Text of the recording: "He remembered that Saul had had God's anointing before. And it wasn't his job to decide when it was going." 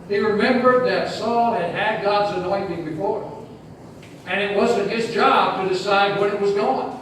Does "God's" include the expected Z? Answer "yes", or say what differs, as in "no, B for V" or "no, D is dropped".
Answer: yes